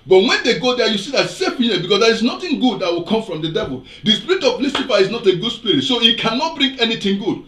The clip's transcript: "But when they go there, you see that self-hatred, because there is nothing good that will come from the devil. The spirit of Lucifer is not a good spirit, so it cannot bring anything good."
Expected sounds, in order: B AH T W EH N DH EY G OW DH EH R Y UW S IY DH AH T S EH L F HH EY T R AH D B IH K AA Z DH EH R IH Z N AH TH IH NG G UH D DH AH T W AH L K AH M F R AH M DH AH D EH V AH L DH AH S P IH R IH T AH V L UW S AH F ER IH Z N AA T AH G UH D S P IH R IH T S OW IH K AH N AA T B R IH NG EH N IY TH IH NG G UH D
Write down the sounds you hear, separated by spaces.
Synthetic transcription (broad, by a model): B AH T W EH N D EY G OW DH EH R Y UW S IY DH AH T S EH F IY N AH B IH K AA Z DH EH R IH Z N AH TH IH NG G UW D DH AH T W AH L K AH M F R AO M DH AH D EH V AH L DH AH S P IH R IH T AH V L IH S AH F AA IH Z N AA T AH G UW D S P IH R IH T S OW IH K AH N AA T B R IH NG EH N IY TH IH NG G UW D